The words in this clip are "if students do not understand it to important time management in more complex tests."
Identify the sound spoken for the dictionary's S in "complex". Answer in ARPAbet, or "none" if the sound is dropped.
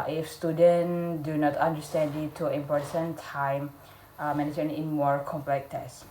none